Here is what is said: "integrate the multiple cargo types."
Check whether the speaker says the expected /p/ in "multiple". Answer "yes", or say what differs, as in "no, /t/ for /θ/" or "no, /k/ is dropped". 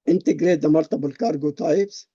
no, /b/ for /p/